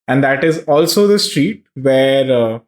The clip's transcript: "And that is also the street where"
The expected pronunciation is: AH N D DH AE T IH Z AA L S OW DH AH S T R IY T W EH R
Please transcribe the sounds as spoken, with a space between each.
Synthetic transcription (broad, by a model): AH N D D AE T IH Z AA L S OW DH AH S T R IY T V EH R